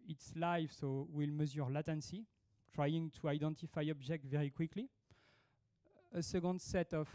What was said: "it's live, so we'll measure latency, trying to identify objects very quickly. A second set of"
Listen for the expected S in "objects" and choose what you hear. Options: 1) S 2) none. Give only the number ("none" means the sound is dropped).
2